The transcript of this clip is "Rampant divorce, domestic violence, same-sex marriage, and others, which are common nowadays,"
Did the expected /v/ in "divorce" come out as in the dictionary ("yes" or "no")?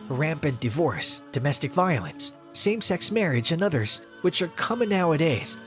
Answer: yes